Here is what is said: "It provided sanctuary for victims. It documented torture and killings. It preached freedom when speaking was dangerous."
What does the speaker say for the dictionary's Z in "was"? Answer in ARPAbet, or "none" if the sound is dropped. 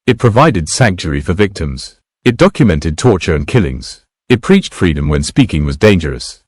Z